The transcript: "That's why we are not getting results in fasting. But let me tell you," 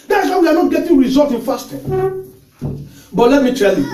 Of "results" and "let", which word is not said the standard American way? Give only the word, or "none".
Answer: results